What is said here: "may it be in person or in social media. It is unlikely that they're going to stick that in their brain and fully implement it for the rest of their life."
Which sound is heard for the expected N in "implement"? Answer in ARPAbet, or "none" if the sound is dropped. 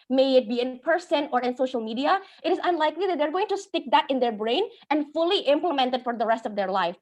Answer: N